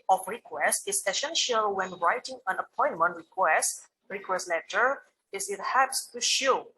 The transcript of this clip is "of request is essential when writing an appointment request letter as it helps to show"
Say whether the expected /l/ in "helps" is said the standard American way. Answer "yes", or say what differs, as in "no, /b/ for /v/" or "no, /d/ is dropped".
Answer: no, /l/ is dropped